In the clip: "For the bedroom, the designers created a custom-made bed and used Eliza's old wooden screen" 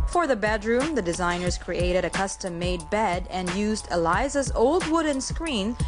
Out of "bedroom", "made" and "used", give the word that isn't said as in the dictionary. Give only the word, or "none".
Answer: none